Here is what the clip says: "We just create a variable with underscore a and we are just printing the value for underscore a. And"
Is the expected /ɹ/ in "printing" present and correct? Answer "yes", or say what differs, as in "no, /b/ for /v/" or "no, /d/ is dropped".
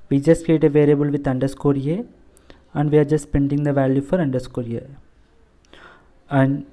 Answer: no, /ɹ/ is dropped